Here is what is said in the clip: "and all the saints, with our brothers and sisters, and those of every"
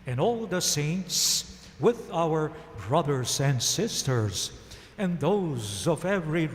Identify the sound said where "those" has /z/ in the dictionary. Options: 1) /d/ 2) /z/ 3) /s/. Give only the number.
2